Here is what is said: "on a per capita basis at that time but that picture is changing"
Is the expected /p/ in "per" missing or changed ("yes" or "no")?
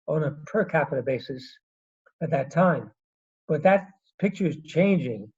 no